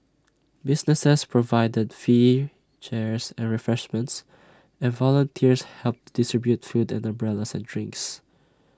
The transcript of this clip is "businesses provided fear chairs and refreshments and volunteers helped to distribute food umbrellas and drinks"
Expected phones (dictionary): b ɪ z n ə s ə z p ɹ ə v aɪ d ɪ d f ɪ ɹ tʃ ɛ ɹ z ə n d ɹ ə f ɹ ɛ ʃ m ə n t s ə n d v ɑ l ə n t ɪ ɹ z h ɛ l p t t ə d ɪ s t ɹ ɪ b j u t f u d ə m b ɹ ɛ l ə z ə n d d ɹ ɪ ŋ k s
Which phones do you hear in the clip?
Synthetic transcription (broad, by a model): b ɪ s n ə s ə s p ɹ ə v aɪ d ɪ d f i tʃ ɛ ɹ s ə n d ɹ ə f ɹ ɛ ʃ m ə n t s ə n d v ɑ l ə n t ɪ ɹ s h ɛ l p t t d ɪ s t ɹ ɪ b j u t f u d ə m b ɹ ɛ l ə s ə n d d ɹ ɪ ŋ k s